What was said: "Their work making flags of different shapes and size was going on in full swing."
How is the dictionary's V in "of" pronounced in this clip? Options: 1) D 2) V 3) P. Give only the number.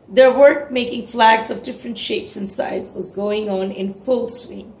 2